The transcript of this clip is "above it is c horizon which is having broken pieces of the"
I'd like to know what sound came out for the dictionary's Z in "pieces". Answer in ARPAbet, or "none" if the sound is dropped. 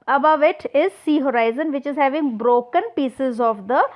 Z